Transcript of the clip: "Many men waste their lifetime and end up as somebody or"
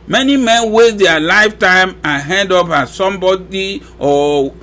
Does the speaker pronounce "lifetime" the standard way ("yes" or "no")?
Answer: yes